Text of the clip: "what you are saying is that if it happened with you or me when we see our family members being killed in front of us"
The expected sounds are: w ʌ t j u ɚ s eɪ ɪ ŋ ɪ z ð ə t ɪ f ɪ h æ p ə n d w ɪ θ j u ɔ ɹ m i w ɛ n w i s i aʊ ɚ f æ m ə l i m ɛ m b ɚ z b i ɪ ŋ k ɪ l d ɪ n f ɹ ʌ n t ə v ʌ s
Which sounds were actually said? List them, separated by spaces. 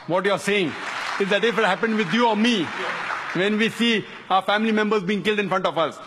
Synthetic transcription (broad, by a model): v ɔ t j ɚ s eɪ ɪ ŋ ɪ z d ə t ɪ f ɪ h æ p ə n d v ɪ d j u ɔ ɹ m i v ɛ n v i s i aʊ ɚ f æ m ə l i m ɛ m b ɚ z b i ɪ ŋ k ɪ l d ɪ n f ɹ ʌ n t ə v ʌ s